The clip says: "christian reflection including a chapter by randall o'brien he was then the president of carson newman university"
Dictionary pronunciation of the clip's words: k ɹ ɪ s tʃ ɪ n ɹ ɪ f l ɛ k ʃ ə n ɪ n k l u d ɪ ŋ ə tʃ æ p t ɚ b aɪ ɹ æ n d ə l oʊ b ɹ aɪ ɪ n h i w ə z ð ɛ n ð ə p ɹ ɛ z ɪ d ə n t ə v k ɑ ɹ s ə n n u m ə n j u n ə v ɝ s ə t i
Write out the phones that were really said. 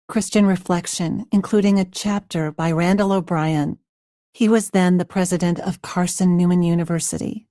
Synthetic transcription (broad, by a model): k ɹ ɪ s tʃ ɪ n ɹ ɪ f l ɛ k ʃ ə n ɪ n k l u d ɪ ŋ ə tʃ æ p t ɚ b aɪ ɹ æ n d ə l oʊ b ɹ aɪ ɪ n h i w ə z ð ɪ n ð ə p ɹ ɛ z ɪ d ə n t ə v k ɑ ɹ s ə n n u m ə n j u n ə v ɝ s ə t i